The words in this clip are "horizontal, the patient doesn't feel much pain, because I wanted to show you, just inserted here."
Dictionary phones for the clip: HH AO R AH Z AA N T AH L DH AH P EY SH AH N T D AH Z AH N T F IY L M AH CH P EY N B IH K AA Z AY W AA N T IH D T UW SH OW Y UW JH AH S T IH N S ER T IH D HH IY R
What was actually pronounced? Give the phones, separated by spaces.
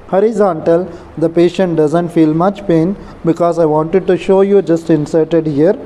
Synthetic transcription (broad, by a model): HH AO R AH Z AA N T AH L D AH P EY SH AH N T D AH Z AH N T F IY L M AH CH P EY N B IH K AA Z AY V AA N T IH D T UW SH OW Y UW JH AH S T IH N S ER T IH D HH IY R